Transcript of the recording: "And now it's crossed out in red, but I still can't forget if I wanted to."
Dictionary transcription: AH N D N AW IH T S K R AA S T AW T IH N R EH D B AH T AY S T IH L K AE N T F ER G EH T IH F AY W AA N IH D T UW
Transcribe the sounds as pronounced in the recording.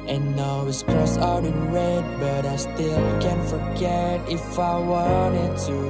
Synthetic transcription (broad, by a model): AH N N AW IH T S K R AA S AW T IH N R EH D B AH T AY S T IH L K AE N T F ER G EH T IH F AY W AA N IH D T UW